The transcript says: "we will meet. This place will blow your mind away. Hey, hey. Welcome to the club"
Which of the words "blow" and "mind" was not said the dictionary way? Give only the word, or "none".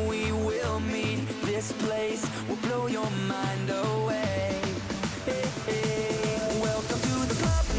none